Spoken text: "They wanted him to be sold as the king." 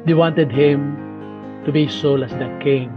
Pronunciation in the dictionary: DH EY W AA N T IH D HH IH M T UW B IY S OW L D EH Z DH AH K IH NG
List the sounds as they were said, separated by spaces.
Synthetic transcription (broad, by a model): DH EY W AA N T IH D HH IH M T UW B IY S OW L EH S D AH K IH NG